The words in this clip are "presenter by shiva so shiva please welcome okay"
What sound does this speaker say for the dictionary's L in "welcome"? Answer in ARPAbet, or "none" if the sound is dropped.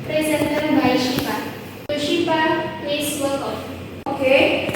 none